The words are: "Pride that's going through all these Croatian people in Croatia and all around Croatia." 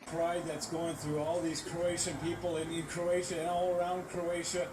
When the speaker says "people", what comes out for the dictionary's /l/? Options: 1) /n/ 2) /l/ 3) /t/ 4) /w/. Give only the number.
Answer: 1